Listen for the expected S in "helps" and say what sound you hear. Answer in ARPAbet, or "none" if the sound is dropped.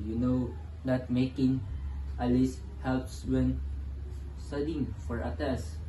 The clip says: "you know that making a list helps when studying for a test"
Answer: S